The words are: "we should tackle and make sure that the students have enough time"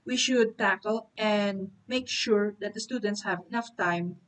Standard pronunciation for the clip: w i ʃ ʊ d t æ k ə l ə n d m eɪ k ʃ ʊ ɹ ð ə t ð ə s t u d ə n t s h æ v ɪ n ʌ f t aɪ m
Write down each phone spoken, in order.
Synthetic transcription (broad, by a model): w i ʃ ʊ d t æ k ə l ə n d m eɪ k ʃ ʊ ɹ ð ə t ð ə s t u d ə n t s h æ v ɪ n ʌ f t aɪ m